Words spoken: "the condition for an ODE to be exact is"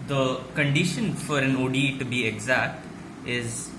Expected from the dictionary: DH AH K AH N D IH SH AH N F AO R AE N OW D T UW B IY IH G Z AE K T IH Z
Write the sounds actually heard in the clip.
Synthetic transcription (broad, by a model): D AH K AH N D IH SH AH N F AO R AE N OW D T UW B IY IH G Z AE K T IH Z